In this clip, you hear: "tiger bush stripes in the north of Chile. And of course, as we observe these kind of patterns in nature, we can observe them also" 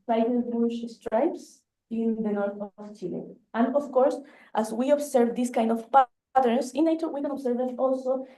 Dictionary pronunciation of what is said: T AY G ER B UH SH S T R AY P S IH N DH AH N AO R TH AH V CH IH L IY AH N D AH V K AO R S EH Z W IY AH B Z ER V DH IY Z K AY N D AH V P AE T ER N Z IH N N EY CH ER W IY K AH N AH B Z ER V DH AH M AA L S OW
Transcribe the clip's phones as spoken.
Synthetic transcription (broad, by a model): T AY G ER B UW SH S T R AY P S IH N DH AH N AO R TH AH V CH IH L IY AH N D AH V K AO R S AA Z W IY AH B S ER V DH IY S K AY N D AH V P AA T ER N S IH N N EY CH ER W IY K AH N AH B S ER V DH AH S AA L S OW